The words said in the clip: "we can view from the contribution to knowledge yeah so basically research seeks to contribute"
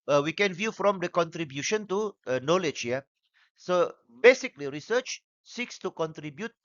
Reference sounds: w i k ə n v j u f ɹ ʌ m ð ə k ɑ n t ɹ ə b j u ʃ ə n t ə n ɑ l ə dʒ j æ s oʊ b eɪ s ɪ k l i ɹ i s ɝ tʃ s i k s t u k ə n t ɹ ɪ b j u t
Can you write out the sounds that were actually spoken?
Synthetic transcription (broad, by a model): w i k ə n v j u f ɹ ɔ m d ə k ɑ n t ɹ ə b j u ʃ ə n t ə n ɑ l ə dʒ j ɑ s oʊ b eɪ s ɪ k l i ɹ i s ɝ tʃ s i k s t u k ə n t ɹ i b j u t